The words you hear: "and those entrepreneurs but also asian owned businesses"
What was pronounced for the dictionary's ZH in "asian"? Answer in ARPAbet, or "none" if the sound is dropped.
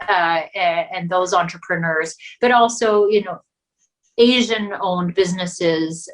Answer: ZH